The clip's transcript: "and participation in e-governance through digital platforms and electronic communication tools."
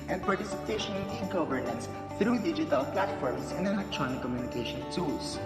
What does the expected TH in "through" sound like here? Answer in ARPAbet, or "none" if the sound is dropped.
T